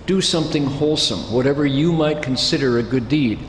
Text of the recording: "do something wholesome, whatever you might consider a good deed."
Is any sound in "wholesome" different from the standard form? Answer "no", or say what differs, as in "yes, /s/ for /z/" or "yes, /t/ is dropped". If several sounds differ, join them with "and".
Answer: no